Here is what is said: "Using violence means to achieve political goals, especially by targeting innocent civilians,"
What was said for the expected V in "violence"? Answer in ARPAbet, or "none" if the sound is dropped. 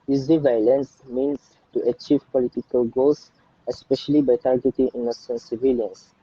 V